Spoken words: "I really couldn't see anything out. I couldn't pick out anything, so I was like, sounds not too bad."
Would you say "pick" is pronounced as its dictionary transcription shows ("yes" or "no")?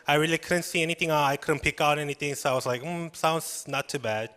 yes